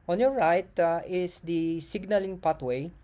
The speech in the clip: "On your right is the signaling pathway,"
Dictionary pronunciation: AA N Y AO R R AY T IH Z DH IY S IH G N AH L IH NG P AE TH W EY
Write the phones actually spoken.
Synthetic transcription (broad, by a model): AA N Y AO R R AY T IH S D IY S IH G N AH L IH NG P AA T W EY